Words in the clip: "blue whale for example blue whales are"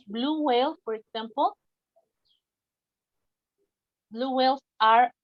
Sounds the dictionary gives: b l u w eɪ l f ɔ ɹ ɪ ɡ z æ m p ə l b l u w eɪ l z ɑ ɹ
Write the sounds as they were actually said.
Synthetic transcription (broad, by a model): b l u w eɪ l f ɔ ɹ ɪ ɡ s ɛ m p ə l b l u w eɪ l s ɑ ɹ